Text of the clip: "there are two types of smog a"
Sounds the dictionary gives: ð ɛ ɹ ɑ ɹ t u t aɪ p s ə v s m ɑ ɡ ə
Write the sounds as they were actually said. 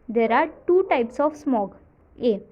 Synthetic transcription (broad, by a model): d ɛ ɹ ɑ ɹ t u t aɪ p s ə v s m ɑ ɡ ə